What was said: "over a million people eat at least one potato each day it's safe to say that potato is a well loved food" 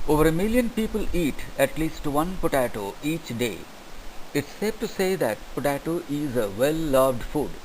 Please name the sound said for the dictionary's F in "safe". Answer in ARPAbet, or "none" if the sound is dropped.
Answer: P